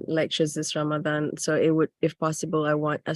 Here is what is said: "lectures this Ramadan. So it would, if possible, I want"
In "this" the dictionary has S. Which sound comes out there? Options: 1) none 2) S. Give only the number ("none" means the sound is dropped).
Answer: 2